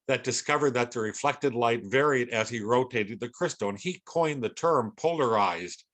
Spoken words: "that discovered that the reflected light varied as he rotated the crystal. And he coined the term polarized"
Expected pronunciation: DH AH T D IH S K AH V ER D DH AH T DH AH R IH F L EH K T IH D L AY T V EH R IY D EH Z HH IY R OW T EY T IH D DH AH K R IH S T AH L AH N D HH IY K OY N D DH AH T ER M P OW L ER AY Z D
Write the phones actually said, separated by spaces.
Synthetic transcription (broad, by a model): DH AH T D IH S K AH V ER D DH AH T DH AH R IH F L EH K T IH D L AY T V EH R IY D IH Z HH IY R OW T EY T IH D DH AH K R IH S T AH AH N IY K OY N DH AH T ER M P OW L ER AY Z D